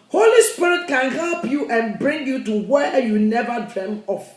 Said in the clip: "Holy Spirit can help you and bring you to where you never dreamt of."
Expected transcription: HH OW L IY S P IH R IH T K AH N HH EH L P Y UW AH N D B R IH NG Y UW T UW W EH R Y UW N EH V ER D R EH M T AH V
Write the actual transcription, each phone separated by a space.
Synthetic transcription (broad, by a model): HH OW L IY S P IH R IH T K AH N HH EH L P Y UW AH N B R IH NG Y UW T UW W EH Y UW N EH V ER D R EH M AH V